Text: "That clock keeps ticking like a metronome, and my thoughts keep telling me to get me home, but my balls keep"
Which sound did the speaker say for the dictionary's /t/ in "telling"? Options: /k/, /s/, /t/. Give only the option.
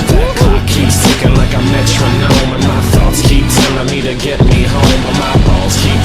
/s/